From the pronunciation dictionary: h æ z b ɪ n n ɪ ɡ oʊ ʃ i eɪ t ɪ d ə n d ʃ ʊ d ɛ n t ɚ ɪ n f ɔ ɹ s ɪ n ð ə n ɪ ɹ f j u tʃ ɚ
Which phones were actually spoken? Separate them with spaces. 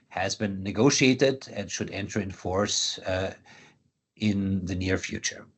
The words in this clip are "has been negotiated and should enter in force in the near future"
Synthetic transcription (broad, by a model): h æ z b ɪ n n ɪ ɡ oʊ ʃ i eɪ t ɪ d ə n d ʃ ʊ d ɛ n t ɚ ɪ n f ɔ ɹ s ɪ n ð ə n ɪ ɹ f j u tʃ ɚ